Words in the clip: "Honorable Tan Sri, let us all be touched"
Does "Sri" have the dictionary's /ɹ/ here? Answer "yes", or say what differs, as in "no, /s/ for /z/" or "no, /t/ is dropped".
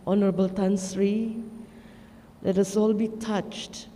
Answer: yes